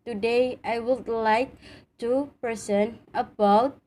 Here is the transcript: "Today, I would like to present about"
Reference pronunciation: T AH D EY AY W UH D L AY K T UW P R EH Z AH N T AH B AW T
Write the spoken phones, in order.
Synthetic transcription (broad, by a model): T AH D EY AY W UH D L AY K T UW P EH S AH N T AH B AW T